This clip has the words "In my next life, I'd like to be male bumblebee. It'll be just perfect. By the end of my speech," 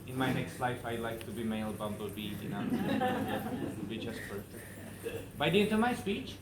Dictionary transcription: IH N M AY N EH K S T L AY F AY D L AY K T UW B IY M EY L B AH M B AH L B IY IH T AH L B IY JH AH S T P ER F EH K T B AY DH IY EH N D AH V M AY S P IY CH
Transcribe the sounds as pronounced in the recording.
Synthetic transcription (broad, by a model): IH N M AY N EH K S T L AY F AY L AY K T UW B IY M EY L B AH M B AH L B IY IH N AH N B IY JH AH S T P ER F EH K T B AY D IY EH N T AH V M AY S P IY CH